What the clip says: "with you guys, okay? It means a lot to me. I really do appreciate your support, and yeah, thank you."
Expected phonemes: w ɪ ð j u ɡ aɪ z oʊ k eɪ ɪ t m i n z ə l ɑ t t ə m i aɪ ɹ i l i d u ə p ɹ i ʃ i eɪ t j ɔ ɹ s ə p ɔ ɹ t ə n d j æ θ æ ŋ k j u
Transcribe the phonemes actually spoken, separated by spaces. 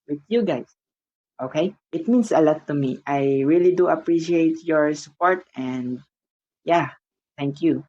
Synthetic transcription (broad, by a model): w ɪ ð j u ɡ aɪ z oʊ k eɪ ɪ t m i n s ə l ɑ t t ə m i aɪ ɹ i l i d u ə p ɹ i ʃ i eɪ t j ɔ ɹ s ə p ɔ ɹ t ə n d j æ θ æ ŋ k j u